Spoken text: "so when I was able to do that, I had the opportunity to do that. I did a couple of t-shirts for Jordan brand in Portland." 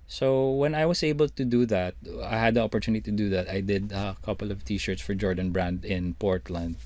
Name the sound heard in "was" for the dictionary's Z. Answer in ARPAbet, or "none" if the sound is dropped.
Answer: S